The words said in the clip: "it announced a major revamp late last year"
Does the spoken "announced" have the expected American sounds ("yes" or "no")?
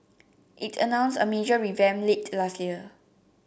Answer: no